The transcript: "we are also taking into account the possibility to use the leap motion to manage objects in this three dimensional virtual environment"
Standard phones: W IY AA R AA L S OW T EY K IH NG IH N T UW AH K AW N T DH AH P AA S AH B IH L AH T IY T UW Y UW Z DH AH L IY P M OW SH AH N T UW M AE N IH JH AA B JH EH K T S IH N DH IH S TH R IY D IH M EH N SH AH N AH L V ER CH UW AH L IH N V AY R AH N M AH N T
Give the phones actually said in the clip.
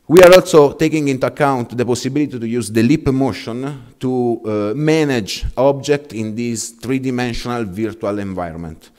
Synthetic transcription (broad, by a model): W IY AA R AA L S OW T EY K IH NG IH N T UW AH K AW N T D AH P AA S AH B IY L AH T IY T UW Y UW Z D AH L IY P M OW SH AH N T UW M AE N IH JH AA B JH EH K T IH N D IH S T R IY D IH M EH N SH AH N AH L V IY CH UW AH L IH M V AY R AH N M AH N T